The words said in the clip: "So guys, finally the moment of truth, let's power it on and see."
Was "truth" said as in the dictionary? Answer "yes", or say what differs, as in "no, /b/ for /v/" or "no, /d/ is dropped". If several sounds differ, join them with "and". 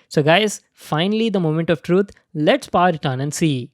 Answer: no, /t/ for /θ/